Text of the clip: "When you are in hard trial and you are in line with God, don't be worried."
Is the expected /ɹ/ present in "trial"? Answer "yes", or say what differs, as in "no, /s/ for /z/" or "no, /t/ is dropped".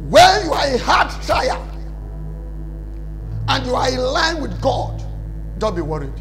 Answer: no, /ɹ/ is dropped